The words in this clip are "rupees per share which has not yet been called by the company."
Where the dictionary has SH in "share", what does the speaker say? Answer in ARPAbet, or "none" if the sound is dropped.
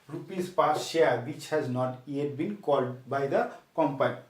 S